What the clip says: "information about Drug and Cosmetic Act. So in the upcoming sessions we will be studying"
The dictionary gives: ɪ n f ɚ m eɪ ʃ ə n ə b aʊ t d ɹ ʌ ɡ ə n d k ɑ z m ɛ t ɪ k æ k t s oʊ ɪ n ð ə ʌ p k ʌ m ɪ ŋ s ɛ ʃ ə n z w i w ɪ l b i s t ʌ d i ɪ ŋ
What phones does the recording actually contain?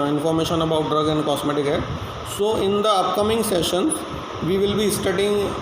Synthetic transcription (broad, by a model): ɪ n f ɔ m eɪ ʃ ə n ə b aʊ t d ɹ ʌ ɡ ə n d k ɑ s m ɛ t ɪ k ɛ t s oʊ ɪ n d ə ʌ p k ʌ m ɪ ŋ s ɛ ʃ ə n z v i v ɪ l b i s t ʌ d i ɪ ŋ